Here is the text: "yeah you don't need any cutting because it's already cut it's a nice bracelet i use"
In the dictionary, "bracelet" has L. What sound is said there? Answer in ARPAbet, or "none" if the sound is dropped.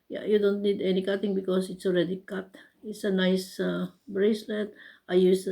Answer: L